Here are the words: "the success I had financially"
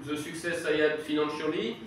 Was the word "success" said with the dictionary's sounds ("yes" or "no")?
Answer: yes